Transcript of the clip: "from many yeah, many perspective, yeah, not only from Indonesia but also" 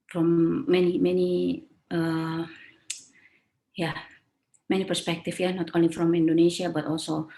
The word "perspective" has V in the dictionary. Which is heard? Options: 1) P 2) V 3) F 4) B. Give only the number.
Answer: 3